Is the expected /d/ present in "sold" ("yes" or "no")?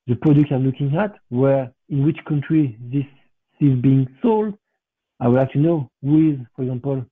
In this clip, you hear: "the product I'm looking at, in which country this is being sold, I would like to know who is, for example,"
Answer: yes